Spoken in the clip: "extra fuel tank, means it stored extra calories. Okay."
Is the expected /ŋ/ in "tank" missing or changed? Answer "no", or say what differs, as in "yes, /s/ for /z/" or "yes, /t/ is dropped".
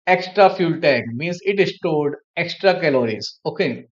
yes, /ŋ/ is dropped